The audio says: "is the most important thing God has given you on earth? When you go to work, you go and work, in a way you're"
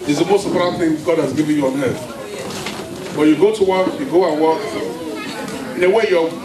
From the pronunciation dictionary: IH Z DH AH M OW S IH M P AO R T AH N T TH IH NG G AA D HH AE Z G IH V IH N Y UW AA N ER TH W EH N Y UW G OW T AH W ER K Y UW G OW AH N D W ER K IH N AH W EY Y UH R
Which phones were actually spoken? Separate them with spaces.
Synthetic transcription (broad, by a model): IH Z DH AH M OW S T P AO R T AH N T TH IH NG G AA D HH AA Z G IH V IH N Y AA N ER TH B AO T Y UW G OW T AH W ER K Y UW G OW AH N W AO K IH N AH W EY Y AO